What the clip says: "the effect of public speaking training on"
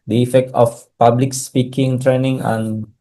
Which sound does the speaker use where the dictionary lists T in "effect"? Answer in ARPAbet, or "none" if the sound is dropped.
T